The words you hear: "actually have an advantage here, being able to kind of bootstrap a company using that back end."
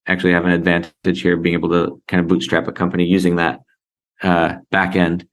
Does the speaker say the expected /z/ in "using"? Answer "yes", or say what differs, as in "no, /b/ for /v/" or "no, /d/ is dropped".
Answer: yes